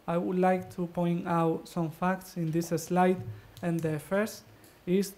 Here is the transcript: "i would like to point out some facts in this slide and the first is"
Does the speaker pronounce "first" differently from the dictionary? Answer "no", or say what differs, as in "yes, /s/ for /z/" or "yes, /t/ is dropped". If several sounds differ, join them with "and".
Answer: no